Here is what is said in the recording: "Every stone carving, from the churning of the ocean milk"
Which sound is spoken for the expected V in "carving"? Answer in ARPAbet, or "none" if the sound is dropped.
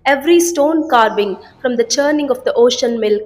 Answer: B